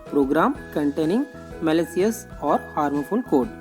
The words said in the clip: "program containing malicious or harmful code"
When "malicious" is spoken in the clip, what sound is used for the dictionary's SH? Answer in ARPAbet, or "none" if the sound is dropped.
S